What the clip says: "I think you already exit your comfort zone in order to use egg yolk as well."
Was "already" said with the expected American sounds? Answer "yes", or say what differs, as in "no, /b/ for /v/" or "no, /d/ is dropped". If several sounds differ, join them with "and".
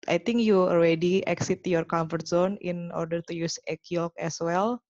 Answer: no, /l/ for /ɹ/